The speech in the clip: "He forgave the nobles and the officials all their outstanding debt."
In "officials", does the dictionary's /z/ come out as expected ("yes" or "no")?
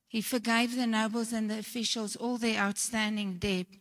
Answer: yes